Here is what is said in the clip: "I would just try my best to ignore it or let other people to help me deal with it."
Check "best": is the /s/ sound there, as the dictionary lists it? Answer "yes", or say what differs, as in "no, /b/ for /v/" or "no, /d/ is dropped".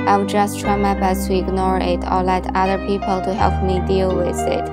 no, /s/ is dropped